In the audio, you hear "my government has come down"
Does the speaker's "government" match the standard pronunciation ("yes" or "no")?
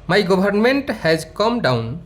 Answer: no